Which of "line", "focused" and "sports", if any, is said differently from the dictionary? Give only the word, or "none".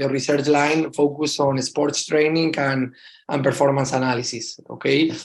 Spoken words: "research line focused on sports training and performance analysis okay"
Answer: focused